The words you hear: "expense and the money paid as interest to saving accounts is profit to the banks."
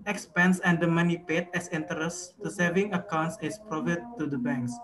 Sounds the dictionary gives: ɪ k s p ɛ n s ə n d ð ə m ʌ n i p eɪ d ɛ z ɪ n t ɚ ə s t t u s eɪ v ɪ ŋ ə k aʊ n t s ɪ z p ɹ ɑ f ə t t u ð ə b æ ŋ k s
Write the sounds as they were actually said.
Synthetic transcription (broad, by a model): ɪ k s p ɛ n s ə n d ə m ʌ n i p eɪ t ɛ s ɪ n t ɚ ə s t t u s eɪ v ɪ ŋ ə k aʊ n t s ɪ s p ɹ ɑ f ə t t u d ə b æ ŋ k s